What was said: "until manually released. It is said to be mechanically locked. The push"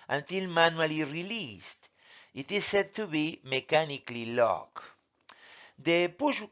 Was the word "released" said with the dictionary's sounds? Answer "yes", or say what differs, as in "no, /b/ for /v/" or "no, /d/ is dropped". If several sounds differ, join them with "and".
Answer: yes